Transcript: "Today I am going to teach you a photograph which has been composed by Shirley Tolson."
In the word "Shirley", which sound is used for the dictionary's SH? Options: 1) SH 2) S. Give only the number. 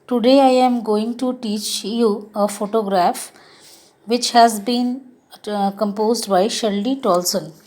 1